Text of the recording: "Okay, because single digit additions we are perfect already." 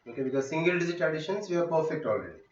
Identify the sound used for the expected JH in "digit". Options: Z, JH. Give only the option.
Z